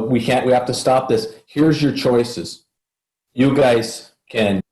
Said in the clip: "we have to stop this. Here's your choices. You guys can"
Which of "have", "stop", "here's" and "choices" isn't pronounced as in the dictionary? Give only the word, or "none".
have